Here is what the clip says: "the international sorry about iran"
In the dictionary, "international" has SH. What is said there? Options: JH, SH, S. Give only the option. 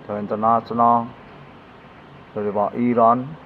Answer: S